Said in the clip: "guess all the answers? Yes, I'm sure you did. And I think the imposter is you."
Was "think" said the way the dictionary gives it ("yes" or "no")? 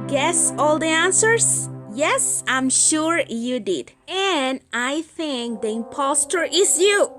yes